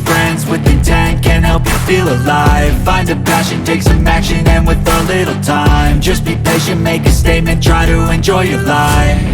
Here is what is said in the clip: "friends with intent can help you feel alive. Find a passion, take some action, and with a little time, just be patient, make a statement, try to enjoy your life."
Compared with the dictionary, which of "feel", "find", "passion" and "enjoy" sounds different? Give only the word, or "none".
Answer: none